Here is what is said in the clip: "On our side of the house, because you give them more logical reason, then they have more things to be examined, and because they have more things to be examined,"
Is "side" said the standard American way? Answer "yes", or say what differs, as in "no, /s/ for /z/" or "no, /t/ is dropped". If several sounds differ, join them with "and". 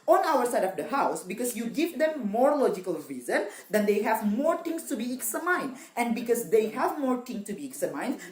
yes